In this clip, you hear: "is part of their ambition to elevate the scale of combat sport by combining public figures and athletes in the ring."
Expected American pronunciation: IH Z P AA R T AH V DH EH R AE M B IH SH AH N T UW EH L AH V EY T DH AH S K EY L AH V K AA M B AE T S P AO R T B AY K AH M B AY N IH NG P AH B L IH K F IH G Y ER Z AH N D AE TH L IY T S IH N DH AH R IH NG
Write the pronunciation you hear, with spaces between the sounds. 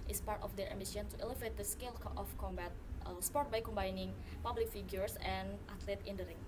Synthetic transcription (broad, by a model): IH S P AA R T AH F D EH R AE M IH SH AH N T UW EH L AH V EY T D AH S K EY L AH F K AA M B AE T S P AO R T B AY K AH M B AY N IH NG P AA B L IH K F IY G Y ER S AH N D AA T L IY T IH N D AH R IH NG